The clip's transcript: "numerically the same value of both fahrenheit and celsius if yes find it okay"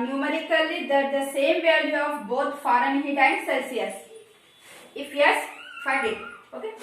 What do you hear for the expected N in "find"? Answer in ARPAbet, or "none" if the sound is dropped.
none